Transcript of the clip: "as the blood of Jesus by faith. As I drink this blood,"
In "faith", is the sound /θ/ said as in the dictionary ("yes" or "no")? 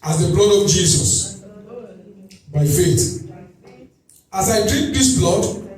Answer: no